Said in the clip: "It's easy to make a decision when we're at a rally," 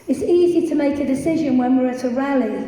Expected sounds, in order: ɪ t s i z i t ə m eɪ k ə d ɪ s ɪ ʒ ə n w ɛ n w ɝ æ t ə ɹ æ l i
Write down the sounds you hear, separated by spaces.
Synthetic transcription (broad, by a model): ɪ t s i z i t ə m eɪ k ə d ɪ s ɪ ʒ ə n w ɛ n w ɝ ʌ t ə ɹ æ l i